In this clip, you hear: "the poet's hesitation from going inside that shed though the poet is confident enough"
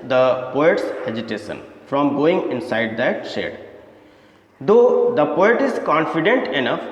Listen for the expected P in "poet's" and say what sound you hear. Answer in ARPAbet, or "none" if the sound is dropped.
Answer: P